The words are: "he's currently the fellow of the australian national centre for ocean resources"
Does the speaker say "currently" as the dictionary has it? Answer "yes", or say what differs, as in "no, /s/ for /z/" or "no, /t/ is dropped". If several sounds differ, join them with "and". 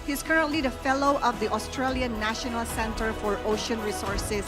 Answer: yes